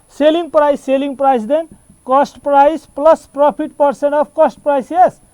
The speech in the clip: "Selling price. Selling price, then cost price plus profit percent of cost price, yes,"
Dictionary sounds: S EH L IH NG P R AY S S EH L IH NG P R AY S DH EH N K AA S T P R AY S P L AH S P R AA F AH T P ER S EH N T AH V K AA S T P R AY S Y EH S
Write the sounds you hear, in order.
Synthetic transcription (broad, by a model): S EH L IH NG P R AY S S EH L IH NG P R AY S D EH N K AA S T P R AY S P L AH S P R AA P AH T P ER S EH N T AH B K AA S T P R AY S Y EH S